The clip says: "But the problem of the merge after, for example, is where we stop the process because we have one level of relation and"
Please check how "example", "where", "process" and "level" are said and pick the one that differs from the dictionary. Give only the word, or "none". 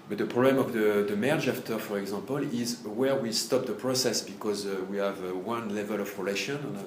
example